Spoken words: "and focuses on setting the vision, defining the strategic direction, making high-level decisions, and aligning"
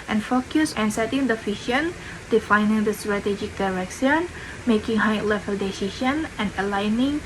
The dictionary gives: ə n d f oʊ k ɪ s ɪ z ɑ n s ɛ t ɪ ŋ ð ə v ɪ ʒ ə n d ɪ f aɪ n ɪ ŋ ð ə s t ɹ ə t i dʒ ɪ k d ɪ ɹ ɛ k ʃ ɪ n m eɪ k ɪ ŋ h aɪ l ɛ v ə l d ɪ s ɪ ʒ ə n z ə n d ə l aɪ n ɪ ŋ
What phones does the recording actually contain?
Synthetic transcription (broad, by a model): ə n f oʊ k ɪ s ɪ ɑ n s ɛ t ɪ ŋ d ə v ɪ ʃ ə n d ɪ f aɪ n ɪ ŋ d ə s t ɹ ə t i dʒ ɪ k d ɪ ɹ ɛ k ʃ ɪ n m eɪ k ɪ ŋ h aɪ l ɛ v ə l d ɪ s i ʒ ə n ə n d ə l aɪ n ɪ ŋ